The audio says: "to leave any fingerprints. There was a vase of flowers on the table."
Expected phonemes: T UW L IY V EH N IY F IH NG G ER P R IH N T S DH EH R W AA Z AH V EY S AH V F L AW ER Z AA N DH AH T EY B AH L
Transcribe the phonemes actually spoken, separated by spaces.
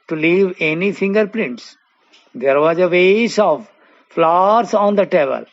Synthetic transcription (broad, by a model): T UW L IY V EH N IY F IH NG G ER P L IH N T S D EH R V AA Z AH V EY S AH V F L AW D S AA N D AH T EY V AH L